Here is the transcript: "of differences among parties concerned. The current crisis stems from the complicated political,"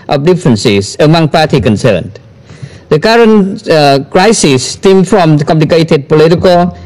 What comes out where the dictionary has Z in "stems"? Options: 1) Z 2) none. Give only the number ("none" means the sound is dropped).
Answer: 2